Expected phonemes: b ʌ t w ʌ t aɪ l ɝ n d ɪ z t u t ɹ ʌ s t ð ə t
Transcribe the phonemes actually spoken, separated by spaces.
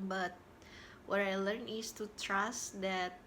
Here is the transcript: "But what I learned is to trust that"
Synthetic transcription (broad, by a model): b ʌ t w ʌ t aɪ l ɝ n ɪ s t u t ɹ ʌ s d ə t